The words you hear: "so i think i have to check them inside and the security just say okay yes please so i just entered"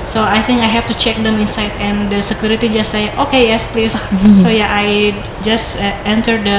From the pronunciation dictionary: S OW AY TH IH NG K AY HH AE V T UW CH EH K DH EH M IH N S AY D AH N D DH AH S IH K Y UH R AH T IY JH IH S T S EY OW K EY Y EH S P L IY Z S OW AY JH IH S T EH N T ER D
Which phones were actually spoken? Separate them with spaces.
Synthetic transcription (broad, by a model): S OW AY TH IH NG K AY HH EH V T UW CH EH K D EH M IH N S AY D AH N D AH S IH K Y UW R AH T IY JH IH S S EY OW K EY Y EH S P L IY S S OW AY JH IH S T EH N T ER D